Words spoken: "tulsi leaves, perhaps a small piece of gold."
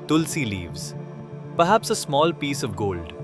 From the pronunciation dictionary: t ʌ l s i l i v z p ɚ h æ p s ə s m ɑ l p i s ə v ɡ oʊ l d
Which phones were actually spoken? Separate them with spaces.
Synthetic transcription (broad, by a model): t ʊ l s i l i v z p ɚ h æ p s ə s m ɑ l p i s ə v ɡ oʊ l d